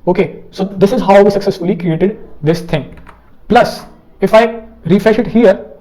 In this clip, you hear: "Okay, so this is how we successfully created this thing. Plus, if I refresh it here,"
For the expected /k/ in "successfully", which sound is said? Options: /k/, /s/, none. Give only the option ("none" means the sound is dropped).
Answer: /k/